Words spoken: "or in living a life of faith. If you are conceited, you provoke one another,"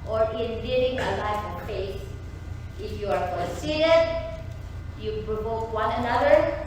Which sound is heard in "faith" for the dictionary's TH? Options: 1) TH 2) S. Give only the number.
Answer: 2